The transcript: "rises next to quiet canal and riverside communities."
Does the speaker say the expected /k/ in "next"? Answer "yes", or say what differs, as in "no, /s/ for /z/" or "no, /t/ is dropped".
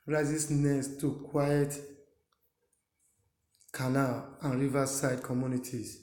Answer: no, /k/ is dropped